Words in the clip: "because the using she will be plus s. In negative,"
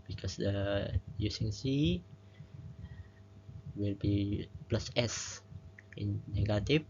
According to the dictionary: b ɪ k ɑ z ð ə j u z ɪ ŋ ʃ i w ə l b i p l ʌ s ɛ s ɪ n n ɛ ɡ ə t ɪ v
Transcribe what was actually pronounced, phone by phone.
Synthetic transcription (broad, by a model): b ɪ k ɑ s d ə j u s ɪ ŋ s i w ə l b i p l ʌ s ɛ s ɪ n n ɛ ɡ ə t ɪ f